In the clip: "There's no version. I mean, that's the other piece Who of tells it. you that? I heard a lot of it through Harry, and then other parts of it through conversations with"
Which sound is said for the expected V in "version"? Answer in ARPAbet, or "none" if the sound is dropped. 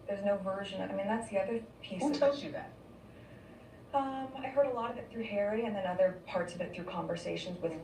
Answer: V